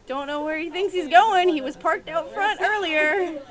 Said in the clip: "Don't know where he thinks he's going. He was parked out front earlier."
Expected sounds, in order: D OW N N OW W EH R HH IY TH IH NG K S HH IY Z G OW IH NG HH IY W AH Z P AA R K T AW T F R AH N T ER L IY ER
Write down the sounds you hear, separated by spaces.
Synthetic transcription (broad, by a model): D OW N N OW W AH R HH IY TH IH NG K S HH IY Z G OW IH NG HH IY W AH Z P AA R K T AW T F R AH N T ER L IY ER